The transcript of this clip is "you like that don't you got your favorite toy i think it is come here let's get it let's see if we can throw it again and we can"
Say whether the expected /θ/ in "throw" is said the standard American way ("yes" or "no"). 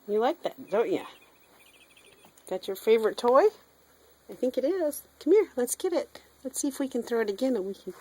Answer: yes